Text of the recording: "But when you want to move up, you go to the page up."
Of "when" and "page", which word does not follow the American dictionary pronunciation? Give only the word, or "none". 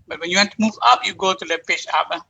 page